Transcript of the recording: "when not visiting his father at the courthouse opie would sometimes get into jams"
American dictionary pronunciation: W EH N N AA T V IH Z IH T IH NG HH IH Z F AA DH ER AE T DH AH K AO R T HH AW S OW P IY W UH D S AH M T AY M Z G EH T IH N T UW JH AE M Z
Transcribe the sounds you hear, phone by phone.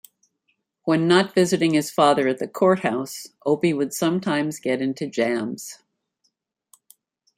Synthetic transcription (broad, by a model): W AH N N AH T V IH Z IH T IH NG IH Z F AA DH ER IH T DH AH K AO R T HH AW S OW P IY W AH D S AH M T AY M Z G EH T IH N T UW JH AE M Z